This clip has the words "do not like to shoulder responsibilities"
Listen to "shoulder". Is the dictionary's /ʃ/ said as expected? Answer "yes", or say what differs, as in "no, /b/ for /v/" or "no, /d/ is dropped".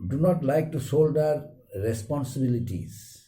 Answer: no, /s/ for /ʃ/